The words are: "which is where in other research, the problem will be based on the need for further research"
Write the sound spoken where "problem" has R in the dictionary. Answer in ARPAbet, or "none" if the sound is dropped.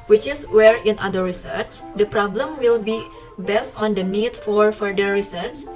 R